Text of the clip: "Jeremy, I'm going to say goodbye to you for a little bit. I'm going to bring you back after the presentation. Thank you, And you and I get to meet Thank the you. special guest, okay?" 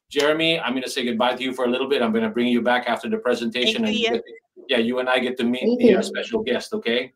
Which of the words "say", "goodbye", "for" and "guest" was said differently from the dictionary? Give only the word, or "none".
none